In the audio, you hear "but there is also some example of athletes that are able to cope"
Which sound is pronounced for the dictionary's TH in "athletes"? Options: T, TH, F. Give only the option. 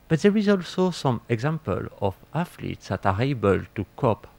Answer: F